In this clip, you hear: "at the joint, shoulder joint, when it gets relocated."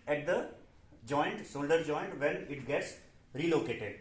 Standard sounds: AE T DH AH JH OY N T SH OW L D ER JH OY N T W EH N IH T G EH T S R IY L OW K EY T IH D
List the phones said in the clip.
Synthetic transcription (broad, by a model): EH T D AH JH OY N T S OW L D ER JH OY N T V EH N IH T G EH T S R IY L OW K EY T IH D